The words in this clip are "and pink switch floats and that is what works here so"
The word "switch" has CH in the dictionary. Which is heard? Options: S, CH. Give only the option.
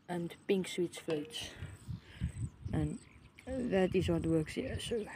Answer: S